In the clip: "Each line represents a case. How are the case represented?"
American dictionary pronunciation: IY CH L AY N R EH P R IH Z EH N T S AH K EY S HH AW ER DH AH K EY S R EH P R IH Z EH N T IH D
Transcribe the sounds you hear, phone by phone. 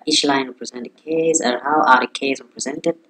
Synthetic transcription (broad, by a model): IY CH L AY N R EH P R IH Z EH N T AH K EY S HH AW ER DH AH K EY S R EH P R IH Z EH N T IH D